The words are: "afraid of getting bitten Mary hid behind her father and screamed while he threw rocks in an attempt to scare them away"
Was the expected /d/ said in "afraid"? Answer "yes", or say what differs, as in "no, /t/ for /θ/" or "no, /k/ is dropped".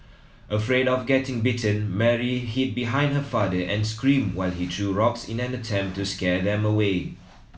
yes